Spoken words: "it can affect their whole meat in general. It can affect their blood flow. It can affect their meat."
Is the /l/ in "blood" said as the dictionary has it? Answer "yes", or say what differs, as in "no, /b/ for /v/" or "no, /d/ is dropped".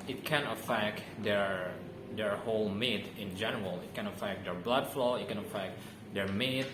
yes